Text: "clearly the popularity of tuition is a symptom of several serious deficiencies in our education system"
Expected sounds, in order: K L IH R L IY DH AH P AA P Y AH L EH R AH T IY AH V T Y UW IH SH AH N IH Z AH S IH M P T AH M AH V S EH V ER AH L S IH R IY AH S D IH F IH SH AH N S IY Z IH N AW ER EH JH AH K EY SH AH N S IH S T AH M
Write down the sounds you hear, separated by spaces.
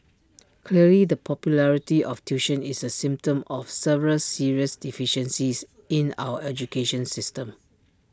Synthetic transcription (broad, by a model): K L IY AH L IY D AH P AA P Y AH L EH R AH T IY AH F T Y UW SH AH N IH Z AH S IH M P T AH M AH F S EH V ER AH L S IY R IY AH S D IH F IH SH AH N S IY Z IH N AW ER EH JH AH K EY SH AH N S IH S T AH M